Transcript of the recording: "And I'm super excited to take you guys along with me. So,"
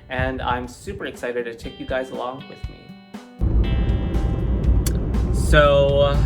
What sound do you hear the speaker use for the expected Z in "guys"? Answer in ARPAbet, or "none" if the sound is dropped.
Z